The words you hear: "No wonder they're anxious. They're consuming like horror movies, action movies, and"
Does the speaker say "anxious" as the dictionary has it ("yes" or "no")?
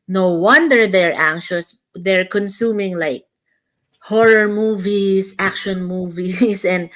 yes